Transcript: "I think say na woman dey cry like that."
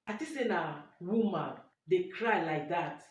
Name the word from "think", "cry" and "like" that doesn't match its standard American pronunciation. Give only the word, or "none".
think